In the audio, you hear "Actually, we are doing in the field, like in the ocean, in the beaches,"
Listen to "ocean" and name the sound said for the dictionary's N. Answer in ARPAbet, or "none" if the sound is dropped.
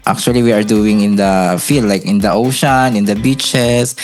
N